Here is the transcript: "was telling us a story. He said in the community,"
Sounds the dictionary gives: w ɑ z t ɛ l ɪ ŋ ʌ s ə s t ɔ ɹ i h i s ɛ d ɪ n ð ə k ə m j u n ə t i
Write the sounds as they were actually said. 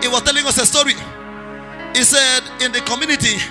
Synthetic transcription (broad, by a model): w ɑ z t ɛ l ɪ ŋ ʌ s ə s t ɔ ɹ i h i s ɛ d ɪ n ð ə k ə m j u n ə t i